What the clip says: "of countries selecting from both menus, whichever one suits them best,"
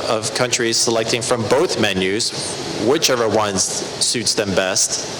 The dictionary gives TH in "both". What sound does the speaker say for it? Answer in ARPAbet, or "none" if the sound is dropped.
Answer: TH